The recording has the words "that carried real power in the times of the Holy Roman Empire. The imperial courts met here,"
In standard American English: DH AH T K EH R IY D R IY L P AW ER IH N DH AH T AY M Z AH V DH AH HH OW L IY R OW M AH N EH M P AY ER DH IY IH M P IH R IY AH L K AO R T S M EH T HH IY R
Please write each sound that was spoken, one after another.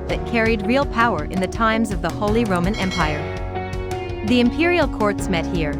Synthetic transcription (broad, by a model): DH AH T K EH R IY D R IY L P AW ER IH N DH AH T AY M Z AH V DH AH HH OW L IY R OW M AH N EH M P AY ER DH IY IH M P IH R IY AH L K AO R T S M EH T HH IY R